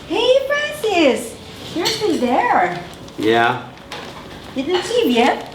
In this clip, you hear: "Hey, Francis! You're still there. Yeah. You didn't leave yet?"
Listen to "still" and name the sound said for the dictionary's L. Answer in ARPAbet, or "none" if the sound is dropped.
N